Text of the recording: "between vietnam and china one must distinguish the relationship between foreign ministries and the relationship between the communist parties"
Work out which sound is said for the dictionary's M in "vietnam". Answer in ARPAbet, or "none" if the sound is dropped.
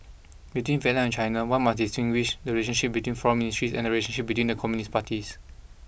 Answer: none